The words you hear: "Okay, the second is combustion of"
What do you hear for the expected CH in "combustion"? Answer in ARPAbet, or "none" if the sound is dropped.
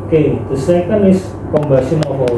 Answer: none